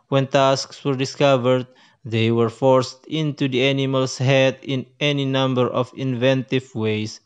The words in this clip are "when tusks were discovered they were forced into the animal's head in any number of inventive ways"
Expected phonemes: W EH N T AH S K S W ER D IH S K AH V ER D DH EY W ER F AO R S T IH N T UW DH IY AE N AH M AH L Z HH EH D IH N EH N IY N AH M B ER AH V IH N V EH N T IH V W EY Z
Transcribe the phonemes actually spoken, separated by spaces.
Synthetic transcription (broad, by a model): W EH N T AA S K S W ER D IH S K AH V ER D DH EY W ER F AO R S T IH N T UW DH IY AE N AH M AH L S HH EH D IH N EH N IY N AH M B ER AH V IH N V EH N T IH V W EY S